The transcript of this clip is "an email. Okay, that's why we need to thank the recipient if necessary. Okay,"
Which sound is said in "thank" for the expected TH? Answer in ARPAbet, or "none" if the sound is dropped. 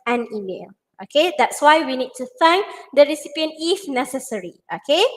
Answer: F